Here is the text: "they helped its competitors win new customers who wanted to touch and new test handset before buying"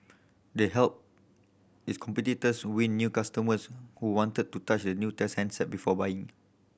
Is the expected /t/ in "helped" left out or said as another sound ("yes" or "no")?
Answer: yes